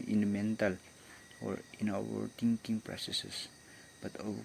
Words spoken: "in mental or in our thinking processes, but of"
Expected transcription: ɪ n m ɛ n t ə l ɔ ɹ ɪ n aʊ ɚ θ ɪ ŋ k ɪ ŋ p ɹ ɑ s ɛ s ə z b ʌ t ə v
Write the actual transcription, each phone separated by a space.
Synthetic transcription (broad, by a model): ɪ n m ɛ n t ə l ɔ ɹ ɪ n aʊ ɚ t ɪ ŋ k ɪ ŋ p ɹ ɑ s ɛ s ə s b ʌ t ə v